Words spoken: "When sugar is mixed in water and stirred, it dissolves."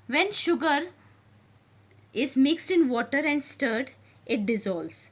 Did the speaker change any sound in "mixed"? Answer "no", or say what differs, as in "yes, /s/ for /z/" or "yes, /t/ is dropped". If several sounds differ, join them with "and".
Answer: no